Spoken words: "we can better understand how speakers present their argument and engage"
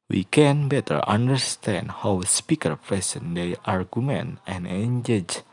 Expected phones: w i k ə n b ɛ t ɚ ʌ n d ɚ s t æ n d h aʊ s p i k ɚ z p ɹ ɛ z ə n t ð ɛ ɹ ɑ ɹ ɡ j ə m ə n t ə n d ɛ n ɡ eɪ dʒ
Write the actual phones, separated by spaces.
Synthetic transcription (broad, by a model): w i k ə n b ɛ t ɚ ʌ n d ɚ s t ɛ n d h aʊ s p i k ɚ p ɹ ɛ s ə n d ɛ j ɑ ɹ ɡ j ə m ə n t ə n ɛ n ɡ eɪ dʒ